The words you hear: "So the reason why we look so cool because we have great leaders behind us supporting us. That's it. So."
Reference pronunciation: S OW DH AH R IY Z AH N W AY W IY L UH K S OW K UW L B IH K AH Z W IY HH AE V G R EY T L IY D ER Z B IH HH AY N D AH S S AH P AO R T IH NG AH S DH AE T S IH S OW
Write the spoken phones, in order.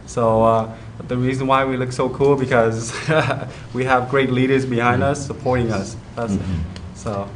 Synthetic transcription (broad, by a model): S OW DH AH R IY Z AH N W AY W IY L UH K S OW K UW L B IH K AH Z W IY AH V G R EY T L IY D ER Z B IH HH AY N D AH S S AH P AO R T IH NG AH S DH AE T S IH S OW